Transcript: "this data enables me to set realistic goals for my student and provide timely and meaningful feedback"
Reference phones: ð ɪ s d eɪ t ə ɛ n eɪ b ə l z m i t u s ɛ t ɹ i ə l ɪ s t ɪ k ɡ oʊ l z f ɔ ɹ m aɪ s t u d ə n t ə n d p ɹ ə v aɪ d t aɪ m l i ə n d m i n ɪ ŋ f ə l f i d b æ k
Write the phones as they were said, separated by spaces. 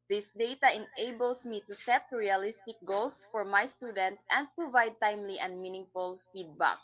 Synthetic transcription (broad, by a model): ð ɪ s d eɪ t ə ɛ n eɪ b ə l s m i t u s ɛ t ɹ i ə l ɪ s t ɪ k ɡ oʊ l s f ɔ ɹ m aɪ s t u d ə n t ə n d p ɹ ə v aɪ d t aɪ m l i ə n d m i n ɪ ŋ f ə l f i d b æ k